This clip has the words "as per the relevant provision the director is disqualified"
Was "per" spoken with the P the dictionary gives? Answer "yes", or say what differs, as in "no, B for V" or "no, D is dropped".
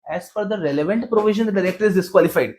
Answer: no, F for P